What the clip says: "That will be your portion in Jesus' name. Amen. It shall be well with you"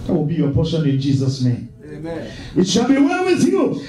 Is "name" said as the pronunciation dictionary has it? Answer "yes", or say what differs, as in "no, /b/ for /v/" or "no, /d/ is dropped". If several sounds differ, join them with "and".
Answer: no, /m/ is dropped